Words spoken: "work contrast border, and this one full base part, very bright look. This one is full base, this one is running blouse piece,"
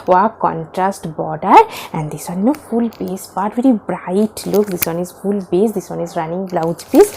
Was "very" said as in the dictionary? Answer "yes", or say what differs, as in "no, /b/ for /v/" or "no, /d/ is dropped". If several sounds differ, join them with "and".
yes